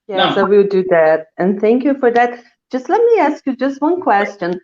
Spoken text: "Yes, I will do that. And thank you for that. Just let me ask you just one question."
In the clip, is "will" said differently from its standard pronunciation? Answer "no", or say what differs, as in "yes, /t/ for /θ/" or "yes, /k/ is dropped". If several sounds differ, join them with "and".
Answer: yes, /w/ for /l/